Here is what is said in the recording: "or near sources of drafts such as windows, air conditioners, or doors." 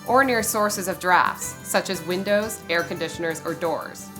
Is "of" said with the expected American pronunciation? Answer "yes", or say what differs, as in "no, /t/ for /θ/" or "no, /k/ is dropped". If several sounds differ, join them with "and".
yes